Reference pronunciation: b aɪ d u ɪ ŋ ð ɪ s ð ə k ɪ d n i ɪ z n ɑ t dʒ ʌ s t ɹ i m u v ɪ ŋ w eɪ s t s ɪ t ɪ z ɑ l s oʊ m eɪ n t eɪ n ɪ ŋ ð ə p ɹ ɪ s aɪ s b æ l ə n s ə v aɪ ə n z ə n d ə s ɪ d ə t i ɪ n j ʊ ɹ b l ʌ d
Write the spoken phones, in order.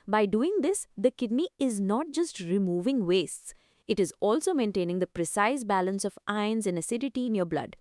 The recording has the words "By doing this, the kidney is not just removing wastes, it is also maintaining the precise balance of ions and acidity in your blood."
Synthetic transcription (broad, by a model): b aɪ d u ɪ ŋ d ɪ s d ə k ɪ d n i ɪ z n ɑ t dʒ ʌ s t ɹ i m u v ɪ ŋ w eɪ s t s ɪ t ɪ z ɑ l s oʊ m eɪ n t eɪ n ɪ ŋ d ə p ɹ ɪ s aɪ s b æ l ə n s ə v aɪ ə n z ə n ə s ɪ d ə t i ɪ n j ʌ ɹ b l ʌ d